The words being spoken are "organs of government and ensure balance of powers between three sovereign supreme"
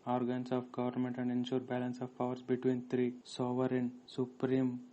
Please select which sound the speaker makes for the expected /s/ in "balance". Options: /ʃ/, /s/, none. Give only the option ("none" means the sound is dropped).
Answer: /s/